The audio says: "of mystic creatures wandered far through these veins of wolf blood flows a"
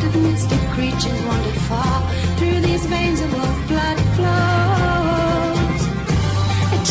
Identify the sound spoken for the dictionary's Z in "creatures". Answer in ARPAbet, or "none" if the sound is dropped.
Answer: Z